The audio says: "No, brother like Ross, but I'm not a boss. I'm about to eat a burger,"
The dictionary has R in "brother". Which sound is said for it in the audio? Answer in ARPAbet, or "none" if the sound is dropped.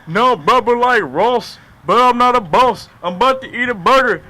none